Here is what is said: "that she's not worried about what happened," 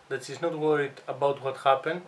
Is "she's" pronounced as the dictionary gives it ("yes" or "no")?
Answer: no